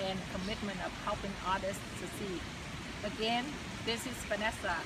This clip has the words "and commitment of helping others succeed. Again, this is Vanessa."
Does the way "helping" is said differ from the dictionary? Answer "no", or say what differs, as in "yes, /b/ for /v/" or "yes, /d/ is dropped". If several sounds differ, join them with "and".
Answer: no